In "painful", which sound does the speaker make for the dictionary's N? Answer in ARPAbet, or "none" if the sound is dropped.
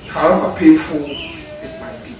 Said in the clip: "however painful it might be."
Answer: none